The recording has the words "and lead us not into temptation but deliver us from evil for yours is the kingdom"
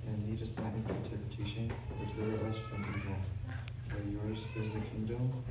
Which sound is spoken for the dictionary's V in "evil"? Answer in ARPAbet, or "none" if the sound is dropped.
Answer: W